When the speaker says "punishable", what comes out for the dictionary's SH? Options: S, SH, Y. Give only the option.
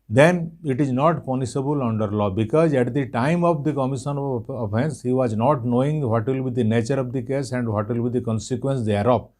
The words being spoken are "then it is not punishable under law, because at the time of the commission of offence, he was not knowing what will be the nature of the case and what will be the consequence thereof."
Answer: S